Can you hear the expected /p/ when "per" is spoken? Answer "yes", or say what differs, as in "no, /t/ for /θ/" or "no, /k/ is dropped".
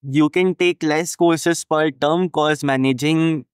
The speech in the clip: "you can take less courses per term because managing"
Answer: no, /f/ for /p/